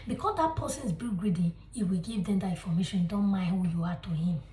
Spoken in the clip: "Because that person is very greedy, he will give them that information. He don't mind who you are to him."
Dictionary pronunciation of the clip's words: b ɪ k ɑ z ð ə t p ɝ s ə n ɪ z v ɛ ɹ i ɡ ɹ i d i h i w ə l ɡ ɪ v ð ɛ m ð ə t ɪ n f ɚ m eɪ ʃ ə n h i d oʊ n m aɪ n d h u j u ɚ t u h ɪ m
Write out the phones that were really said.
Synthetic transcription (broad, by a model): b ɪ k ɑ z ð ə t p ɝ s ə n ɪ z b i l ɡ ɹ i d i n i w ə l ɡ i v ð ɛ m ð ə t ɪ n f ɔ m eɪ ʃ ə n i d oʊ n m aɪ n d h u j u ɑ t u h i m